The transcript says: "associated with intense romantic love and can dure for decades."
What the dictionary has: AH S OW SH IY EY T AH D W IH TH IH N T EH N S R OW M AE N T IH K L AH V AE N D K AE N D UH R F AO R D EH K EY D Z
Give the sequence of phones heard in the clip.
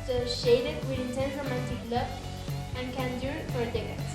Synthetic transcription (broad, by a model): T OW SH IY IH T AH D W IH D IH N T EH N R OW M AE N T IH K L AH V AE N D K AE N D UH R F AO R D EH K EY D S